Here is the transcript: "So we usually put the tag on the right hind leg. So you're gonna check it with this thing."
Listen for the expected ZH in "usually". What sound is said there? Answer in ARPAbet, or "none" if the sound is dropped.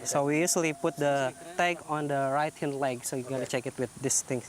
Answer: S